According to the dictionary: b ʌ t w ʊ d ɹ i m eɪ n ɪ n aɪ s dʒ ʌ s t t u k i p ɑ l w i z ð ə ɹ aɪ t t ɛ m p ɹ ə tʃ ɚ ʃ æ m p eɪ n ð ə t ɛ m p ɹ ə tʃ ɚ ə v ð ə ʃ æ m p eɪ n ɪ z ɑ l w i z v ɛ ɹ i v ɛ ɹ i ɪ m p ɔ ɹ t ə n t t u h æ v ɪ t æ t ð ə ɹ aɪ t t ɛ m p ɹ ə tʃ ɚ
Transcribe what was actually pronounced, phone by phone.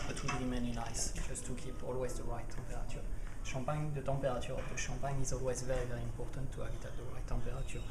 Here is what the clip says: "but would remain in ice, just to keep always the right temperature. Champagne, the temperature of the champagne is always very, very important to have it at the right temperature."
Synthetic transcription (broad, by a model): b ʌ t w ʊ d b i m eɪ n ɪ n aɪ s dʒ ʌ s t t u k i p ɑ l w i z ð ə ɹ aɪ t t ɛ m p ɹ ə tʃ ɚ ʃ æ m p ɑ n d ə t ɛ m p ɹ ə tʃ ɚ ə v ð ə ʃ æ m p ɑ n ɪ z ɑ l w i z v ɛ ɹ i v ɛ ɹ i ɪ m p ɔ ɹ t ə n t t u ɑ b ɪ t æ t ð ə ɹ aɪ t t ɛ m p ɹ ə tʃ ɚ